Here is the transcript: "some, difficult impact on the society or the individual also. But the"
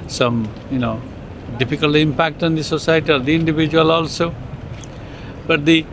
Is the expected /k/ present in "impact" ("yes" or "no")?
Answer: yes